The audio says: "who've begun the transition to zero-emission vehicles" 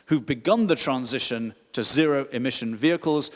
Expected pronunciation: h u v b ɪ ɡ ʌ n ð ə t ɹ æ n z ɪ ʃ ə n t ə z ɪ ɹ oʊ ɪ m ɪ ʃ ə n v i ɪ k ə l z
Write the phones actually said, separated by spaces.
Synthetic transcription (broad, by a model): h u v b ɪ ɡ ʌ n ð ə t ɹ æ n z ɪ ʃ ə n t ə z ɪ ɹ oʊ ɪ m ɪ ʃ ə n v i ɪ k ə l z